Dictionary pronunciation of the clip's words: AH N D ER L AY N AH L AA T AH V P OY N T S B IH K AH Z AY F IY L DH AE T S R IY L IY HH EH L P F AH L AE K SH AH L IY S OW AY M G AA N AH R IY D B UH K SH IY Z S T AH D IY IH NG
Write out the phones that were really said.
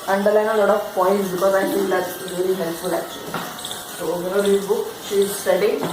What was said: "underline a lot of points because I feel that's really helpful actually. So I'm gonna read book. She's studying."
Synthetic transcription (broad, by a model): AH N D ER L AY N AH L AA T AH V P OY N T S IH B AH AY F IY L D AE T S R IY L IY HH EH L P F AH L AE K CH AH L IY S OW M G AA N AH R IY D B UH K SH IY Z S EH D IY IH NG